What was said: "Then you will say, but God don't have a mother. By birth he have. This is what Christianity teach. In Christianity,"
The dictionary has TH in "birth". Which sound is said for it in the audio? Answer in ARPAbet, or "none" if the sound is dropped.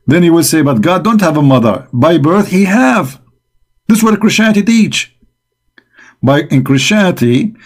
TH